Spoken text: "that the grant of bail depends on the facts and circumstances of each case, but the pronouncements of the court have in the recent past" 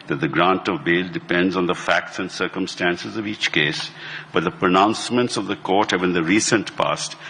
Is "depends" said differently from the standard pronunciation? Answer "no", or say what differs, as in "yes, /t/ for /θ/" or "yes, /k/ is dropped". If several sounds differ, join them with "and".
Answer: no